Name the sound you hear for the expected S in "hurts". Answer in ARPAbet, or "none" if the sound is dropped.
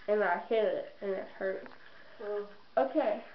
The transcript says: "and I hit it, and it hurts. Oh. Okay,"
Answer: none